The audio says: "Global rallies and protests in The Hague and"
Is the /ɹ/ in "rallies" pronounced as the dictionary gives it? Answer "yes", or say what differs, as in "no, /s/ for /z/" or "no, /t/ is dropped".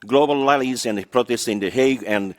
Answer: no, /l/ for /ɹ/